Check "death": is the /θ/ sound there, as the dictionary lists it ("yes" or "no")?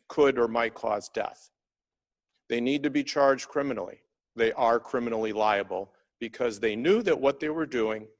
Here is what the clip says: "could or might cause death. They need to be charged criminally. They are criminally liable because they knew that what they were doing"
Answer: yes